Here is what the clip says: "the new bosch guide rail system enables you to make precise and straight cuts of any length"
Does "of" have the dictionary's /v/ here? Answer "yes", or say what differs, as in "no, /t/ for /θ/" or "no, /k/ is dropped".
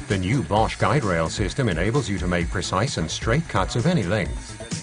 yes